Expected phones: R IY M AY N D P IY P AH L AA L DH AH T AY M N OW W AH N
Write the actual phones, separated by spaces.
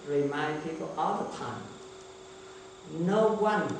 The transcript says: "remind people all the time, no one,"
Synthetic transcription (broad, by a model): R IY M AY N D P IY P AH L AA L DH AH T AY M N OW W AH N